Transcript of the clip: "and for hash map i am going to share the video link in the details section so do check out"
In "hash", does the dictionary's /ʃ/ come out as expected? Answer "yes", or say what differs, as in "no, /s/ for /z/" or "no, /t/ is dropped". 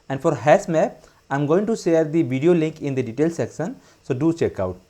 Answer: no, /s/ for /ʃ/